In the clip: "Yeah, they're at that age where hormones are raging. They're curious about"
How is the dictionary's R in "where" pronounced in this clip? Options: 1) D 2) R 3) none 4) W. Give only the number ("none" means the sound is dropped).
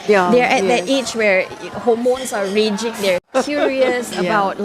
2